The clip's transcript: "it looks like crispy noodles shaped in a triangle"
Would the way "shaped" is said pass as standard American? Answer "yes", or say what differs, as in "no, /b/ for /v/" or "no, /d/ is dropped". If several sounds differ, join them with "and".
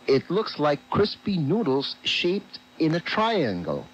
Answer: yes